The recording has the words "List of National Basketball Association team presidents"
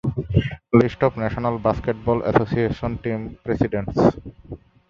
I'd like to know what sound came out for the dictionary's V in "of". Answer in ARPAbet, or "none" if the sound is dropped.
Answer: P